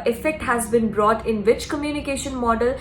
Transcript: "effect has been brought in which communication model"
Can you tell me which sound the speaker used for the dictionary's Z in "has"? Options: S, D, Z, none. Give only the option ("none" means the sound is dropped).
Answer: Z